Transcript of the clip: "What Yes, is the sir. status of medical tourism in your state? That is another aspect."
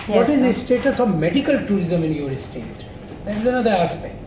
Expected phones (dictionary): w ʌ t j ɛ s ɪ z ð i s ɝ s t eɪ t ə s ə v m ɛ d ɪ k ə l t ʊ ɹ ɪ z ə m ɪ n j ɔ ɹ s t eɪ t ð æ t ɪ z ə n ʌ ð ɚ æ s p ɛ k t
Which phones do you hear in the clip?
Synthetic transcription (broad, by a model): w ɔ t ɪ z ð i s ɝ s t eɪ t ə s ə v m ɛ d ɪ k ə l t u ɹ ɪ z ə m ɪ n j ɔ ɹ s t eɪ t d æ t ɪ z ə n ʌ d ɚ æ s p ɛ k t